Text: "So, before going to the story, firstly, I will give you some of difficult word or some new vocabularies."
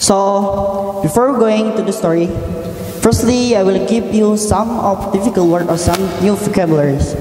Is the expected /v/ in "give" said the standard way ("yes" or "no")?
no